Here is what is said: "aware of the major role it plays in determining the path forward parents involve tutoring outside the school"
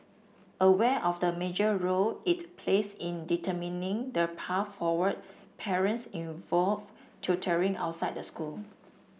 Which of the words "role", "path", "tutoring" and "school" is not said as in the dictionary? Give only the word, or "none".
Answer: path